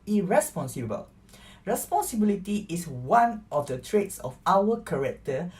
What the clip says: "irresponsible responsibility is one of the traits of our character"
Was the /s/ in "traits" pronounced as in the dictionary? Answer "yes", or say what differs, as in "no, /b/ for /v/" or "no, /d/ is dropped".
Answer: yes